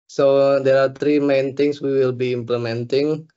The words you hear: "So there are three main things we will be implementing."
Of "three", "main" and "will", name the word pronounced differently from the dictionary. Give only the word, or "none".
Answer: three